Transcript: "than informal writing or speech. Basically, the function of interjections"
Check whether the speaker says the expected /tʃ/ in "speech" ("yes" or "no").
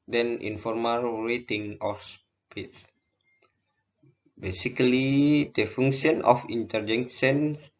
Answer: no